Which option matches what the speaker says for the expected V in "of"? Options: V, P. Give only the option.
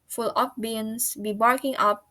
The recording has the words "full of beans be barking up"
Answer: P